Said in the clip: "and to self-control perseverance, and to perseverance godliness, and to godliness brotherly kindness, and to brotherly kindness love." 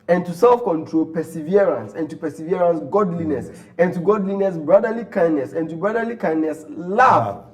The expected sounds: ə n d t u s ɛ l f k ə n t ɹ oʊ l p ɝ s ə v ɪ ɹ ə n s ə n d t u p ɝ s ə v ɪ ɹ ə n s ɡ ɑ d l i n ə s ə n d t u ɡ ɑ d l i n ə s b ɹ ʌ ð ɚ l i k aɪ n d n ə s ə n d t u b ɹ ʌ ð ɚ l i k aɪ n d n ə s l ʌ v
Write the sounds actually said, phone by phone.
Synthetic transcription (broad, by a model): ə n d t u s ɛ l f k ə n t ɹ oʊ l p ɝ s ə v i ɹ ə n s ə n t u p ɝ s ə v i ɹ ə n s ɡ ɑ d l i n ə s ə n t u ɡ ɑ d l i n ə s b ɹ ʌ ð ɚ l i k aɪ n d n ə s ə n t u b ɹ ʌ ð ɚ l i k aɪ n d n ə s l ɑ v